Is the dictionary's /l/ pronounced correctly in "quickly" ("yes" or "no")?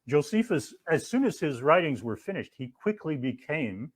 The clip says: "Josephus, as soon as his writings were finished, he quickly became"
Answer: yes